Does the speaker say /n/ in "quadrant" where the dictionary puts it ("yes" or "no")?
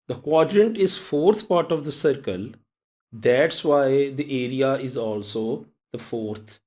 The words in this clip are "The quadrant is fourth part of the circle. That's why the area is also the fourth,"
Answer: yes